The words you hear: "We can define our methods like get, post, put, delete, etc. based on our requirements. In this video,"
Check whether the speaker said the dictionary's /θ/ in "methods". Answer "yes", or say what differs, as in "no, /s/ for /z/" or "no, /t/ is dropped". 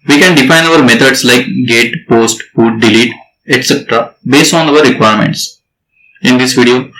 no, /t/ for /θ/